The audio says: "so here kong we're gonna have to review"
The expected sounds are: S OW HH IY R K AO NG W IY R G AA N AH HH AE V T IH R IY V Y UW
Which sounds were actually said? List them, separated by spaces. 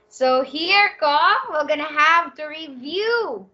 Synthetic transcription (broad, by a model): S OW HH IY R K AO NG W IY L G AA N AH HH AE V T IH R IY V Y UW